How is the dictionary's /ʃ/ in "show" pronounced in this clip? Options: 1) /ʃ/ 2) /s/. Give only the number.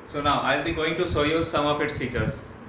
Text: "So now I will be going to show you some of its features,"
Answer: 2